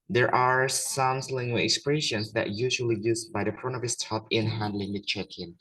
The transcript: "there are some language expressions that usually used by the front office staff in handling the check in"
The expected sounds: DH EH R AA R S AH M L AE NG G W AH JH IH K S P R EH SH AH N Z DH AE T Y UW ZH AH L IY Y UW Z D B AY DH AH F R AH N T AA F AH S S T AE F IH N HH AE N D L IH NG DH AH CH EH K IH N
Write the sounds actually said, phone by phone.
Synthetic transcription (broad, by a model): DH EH R AA R S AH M L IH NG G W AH IH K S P R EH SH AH N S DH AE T Y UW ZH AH L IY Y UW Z B AY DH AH P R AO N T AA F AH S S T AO P IH N HH AE N D L IH NG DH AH CH EH K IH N